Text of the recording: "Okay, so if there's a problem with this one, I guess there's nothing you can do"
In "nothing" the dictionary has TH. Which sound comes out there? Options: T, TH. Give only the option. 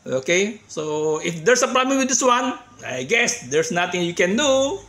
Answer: T